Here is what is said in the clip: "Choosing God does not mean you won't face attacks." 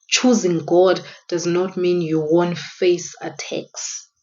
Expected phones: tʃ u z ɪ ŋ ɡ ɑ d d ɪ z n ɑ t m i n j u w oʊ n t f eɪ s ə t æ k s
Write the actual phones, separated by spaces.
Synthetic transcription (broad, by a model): tʃ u z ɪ ŋ ɡ ɑ d d ɪ z n ɑ t m i n j u w oʊ n t f eɪ s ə t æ k s